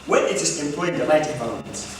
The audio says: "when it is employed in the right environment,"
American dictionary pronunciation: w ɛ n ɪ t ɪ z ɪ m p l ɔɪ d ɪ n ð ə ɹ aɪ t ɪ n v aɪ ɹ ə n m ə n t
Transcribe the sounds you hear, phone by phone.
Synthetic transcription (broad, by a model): w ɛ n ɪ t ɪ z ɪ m p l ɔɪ ɪ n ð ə l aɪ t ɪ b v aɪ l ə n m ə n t